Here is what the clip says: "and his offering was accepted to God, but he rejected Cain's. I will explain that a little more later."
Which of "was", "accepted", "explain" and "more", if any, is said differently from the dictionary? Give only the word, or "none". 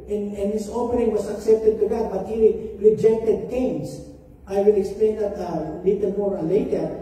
was